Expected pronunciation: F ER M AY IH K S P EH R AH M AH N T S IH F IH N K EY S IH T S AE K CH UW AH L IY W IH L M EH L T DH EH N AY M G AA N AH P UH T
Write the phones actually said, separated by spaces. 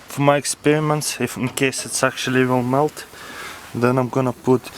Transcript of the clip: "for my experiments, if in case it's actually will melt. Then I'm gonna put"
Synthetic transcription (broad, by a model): F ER M AY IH K S P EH R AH M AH N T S IH F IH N K EY S IH T S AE K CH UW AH L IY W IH L M EH L T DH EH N AY M G AA N AH P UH T